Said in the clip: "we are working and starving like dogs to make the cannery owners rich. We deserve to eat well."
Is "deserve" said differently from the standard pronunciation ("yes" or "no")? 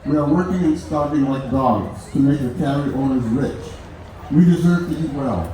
no